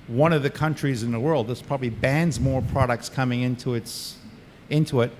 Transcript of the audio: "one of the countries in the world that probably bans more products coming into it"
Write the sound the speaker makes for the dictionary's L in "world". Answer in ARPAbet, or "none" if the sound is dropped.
L